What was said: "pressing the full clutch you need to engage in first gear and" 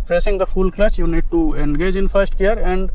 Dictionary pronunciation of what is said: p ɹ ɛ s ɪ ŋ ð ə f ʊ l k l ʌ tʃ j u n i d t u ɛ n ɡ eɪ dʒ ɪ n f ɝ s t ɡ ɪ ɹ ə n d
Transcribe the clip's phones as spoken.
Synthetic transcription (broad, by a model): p ɹ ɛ s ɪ ŋ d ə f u l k l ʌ s j u n i d t u ɛ n ɡ eɪ dʒ ɪ n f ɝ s t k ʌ ɹ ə n d